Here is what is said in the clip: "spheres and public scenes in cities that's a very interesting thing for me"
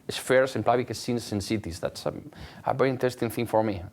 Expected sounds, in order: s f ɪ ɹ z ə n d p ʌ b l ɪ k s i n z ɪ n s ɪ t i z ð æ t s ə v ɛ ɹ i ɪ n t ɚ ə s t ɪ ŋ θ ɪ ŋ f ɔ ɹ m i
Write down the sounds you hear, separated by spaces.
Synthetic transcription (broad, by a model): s f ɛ ɹ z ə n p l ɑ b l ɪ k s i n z ɪ n s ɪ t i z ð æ t s ə v ɛ ɹ i ɪ n t ɚ ə s t ɪ ŋ θ ɪ ŋ f ɔ ɹ m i